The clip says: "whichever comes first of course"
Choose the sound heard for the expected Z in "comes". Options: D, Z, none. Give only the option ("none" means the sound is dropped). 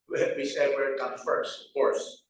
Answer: none